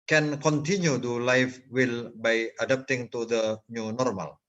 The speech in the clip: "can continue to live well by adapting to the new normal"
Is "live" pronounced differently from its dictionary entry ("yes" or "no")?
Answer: yes